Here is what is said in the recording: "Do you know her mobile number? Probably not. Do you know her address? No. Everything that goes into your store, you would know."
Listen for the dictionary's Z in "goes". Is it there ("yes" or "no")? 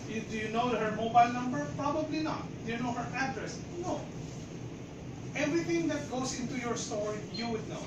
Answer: no